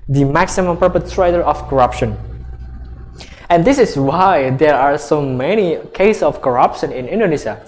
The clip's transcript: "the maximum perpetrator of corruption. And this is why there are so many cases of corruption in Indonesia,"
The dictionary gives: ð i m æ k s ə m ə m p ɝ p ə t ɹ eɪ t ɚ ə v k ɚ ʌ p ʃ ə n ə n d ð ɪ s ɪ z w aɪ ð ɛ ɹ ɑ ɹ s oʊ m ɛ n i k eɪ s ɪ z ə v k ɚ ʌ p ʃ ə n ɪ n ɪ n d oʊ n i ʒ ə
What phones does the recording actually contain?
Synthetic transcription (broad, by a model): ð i m æ k s ə m ə m p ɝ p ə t ɹ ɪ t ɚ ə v k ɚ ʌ p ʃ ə n ə n d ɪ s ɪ s w aɪ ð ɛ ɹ ɑ ɹ s oʊ m ɛ n i k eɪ ɪ s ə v k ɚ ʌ p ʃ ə n ɪ n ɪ n d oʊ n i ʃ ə